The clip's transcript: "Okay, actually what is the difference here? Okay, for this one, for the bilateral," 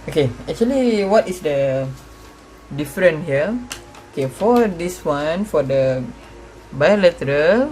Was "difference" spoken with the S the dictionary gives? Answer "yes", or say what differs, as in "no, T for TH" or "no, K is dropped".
no, S is dropped